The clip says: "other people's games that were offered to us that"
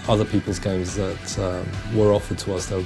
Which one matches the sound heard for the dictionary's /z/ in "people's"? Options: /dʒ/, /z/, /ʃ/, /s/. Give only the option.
/z/